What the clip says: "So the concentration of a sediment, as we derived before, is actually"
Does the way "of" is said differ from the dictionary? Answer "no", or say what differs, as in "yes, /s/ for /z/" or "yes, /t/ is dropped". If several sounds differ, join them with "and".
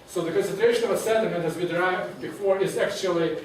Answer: no